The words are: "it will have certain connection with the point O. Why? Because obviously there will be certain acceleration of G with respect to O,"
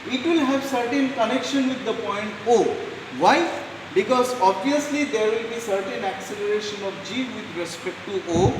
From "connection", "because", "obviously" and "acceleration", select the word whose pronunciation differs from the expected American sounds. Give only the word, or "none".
none